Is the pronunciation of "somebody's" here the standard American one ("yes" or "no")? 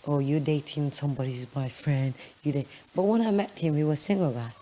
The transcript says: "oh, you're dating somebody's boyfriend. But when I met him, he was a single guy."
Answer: yes